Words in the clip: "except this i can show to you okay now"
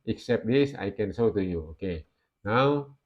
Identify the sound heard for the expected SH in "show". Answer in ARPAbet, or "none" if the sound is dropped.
S